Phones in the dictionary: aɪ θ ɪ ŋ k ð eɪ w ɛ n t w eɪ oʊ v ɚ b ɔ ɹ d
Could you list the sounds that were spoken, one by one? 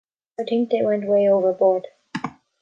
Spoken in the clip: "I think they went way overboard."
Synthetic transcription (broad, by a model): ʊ t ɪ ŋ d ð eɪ w ɛ n t w eɪ oʊ v ɚ b ɔ ɹ d